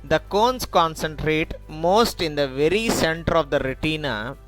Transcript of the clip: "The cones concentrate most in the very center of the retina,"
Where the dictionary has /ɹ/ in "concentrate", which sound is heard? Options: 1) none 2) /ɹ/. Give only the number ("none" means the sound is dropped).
2